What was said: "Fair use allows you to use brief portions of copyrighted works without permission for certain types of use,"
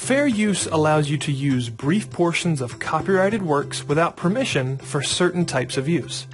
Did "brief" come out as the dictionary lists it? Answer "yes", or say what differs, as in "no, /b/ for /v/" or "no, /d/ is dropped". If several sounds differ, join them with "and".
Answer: yes